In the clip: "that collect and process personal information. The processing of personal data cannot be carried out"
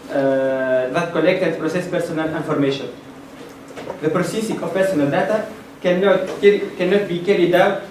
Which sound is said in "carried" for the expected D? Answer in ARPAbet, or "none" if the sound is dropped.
D